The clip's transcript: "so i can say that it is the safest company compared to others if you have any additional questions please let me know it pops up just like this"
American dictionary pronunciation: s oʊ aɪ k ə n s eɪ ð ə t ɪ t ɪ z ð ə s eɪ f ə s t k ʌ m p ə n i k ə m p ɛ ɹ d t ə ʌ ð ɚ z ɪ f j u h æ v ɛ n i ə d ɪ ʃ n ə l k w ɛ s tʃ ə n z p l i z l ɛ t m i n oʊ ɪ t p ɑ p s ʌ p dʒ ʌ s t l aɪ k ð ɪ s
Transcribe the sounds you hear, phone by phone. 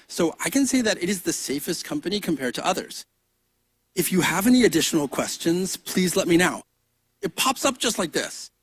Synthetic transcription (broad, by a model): s oʊ aɪ k ə n s eɪ ð ə t ɪ t ɪ z ð ə s eɪ f ə s t k ʌ m p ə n i k ə m p ɛ ɹ d t ə ʌ ð ɚ z ɪ f j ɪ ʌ v ɛ n i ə d ɪ ʃ n l k w ɛ s tʃ ə n z p l i z l ɛ t m i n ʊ ɪ t p ɑ p s ʌ p ʒ ʌ s t l aɪ k ð ɪ s